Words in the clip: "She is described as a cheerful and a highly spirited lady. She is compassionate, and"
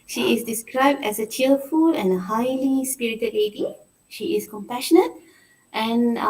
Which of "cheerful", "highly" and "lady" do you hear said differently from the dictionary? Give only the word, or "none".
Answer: cheerful